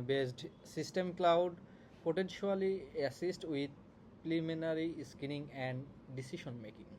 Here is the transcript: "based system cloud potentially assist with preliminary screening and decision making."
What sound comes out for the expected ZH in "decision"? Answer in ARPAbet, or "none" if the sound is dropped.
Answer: SH